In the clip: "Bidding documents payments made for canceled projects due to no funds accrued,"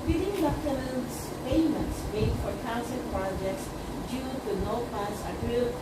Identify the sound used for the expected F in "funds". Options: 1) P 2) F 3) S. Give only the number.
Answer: 1